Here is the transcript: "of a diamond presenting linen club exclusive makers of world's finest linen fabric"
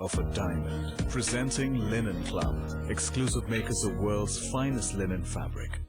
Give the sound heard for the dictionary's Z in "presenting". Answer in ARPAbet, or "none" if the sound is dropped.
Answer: Z